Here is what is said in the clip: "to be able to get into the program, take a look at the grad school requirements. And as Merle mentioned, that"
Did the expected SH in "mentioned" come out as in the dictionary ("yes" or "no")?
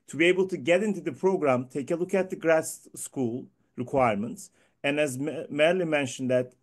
yes